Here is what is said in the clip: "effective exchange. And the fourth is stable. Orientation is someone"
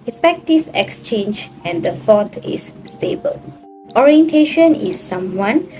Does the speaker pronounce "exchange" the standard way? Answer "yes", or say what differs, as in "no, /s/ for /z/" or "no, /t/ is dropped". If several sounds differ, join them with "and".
yes